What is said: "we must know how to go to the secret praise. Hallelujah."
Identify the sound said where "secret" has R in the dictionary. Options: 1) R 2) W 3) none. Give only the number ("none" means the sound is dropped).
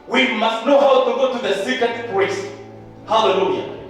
3